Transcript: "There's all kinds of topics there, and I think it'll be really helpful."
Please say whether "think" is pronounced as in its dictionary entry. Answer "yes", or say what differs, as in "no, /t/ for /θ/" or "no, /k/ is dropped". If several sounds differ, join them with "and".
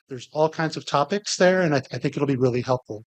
yes